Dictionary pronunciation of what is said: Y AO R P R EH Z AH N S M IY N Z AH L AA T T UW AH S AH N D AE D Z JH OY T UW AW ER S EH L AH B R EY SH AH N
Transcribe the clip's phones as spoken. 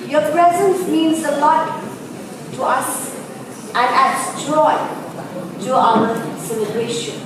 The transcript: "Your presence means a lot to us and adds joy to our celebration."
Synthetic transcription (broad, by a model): Y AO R P R EH Z AH N S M IY N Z AH L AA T T UW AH S AH N D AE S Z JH OY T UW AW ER S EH L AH B R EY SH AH N